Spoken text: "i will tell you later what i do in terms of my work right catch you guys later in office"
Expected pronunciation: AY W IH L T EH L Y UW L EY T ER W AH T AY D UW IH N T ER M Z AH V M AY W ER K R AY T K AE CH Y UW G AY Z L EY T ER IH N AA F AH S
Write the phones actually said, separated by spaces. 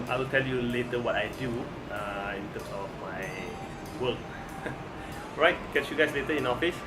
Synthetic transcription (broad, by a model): AY W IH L T EH L Y UW L EY T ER W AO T AY D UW IH N T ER M S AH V M AY W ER K R AY T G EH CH Y UW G AY S L EY T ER IH N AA F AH S